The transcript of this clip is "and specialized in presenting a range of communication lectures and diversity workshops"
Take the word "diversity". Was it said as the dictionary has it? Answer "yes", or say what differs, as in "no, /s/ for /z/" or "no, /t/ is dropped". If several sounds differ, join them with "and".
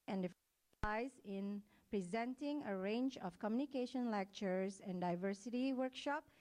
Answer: yes